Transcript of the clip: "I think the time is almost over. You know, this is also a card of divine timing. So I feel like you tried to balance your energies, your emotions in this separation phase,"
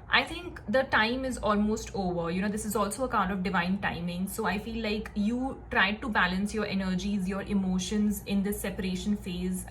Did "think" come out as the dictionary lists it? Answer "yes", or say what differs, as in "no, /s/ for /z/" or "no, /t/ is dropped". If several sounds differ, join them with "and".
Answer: no, /t/ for /θ/